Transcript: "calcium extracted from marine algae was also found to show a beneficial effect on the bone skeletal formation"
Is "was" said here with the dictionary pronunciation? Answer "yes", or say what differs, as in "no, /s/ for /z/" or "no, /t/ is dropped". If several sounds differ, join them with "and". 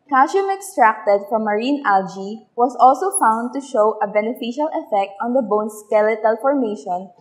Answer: no, /s/ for /z/